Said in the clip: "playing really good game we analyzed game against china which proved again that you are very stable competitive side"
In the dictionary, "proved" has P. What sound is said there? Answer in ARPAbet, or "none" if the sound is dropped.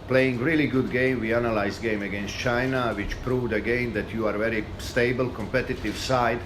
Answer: P